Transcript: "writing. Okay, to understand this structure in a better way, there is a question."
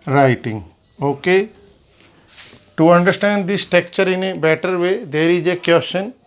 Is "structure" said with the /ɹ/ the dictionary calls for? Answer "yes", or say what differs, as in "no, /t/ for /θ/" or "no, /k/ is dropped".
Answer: no, /ɹ/ is dropped